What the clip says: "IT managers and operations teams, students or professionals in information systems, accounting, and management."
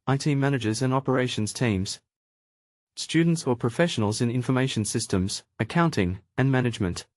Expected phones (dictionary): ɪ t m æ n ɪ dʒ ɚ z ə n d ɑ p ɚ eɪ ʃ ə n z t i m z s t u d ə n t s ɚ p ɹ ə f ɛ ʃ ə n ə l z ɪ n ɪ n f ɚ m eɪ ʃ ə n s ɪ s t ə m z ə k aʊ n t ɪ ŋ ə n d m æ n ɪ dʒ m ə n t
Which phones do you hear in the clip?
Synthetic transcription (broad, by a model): ɪ t m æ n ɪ dʒ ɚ z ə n ɑ p ɚ eɪ ʃ ə n z t i m z s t u d n t s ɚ p ɹ ə f ɛ ʃ ə n ə l z ɪ n ɪ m f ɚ m eɪ ʃ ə n s ɪ s t ə m z ə k aʊ n t ɪ ŋ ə n m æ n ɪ dʒ m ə n t